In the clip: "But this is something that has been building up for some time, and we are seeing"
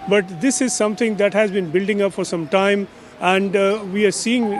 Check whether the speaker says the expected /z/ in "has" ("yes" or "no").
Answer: yes